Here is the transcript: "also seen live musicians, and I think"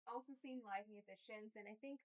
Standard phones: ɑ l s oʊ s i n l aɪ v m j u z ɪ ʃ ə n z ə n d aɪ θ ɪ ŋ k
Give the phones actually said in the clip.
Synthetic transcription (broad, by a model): ɑ l s oʊ s i n l aɪ v m j u z ɪ ʃ ə n z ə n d aɪ θ ɪ ŋ k